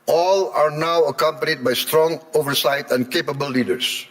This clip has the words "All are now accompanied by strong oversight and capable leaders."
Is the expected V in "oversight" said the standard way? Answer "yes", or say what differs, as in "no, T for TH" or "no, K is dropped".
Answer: yes